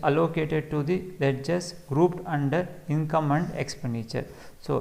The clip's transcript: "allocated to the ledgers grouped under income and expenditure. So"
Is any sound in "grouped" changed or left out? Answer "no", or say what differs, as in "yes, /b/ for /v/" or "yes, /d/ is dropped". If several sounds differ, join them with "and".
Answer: no